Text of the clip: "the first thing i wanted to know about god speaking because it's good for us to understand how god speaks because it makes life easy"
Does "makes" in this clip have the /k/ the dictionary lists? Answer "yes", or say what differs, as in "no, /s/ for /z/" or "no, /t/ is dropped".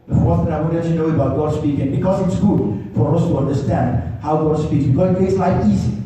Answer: no, /k/ is dropped